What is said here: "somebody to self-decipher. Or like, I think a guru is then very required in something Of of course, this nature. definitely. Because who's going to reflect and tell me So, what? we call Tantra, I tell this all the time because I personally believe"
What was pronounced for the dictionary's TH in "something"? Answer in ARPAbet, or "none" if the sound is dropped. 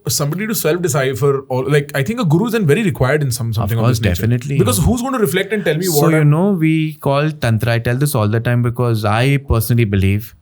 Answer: S